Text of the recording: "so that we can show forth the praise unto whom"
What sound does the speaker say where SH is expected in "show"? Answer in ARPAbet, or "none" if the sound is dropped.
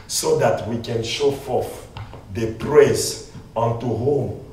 SH